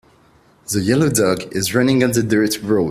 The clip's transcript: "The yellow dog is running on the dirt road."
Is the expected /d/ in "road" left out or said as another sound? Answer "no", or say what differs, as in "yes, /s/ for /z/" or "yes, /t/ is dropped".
yes, /d/ is dropped